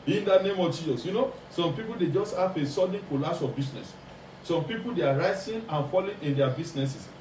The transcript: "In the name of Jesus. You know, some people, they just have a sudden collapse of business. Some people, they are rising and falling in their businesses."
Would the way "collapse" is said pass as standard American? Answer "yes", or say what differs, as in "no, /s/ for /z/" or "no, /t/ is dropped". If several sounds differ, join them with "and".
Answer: no, /p/ is dropped